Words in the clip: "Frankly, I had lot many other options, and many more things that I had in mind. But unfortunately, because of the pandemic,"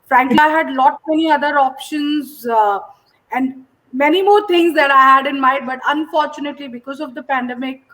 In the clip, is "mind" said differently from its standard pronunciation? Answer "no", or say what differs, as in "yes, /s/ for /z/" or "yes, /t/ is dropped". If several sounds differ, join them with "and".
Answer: yes, /n/ is dropped